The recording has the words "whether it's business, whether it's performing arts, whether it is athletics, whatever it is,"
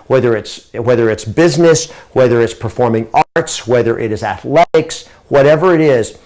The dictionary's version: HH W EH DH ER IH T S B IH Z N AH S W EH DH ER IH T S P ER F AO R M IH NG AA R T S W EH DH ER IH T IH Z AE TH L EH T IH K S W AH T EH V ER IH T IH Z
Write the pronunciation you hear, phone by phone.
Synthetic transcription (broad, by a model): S W EH DH ER IH T S B IH Z N AH S W EH DH ER IH T S P ER F AO R M IH NG AA R T S W EH DH ER IH T IH Z AE TH L EH T IH K S W AH T EH V ER IH T IH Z